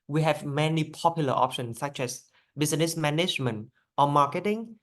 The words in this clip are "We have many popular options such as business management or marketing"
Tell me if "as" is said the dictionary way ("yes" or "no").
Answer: no